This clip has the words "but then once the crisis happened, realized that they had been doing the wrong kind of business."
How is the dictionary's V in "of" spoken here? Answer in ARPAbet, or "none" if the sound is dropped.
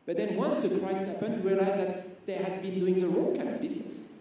P